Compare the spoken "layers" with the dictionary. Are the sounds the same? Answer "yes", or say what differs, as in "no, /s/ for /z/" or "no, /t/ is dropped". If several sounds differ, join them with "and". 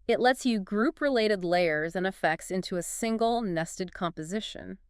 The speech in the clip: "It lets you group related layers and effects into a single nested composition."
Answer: yes